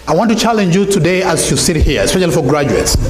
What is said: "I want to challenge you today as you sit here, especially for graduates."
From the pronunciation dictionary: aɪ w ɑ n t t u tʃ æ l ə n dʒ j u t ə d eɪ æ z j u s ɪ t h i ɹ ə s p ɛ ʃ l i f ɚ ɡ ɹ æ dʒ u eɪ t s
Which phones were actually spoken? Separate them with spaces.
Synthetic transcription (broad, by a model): aɪ w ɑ n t t u tʃ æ l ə n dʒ j u t ə d eɪ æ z j u s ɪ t h i ɹ ə s p ɛ ʃ l i f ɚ ɡ ɹ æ dʒ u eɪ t s